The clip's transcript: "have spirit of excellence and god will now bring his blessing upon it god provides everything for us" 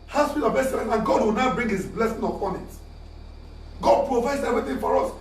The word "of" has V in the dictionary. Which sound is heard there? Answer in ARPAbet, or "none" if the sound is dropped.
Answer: B